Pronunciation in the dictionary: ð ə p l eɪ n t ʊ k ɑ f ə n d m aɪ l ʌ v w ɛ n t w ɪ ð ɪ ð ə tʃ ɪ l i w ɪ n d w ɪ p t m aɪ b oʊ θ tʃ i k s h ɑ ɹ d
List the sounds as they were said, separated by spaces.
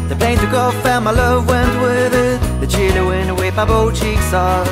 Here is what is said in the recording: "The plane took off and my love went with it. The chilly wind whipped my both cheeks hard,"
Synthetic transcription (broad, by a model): ð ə p l eɪ n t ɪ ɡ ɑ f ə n m aɪ l ʌ v w ɛ n t w ɪ ð ɪ ð ə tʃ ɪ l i w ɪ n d w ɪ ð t m aɪ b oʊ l tʃ i k s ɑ